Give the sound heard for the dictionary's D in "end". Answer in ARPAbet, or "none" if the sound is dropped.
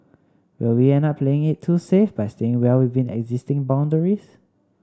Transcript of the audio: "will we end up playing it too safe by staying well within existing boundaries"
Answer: none